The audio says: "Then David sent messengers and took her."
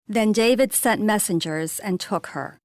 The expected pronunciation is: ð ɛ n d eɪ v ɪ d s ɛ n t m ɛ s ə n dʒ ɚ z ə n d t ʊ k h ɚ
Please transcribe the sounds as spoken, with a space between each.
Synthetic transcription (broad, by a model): ð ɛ n d eɪ v ɪ d s ɛ n t m ɛ s ə n dʒ ɚ z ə n t ʊ k h ɚ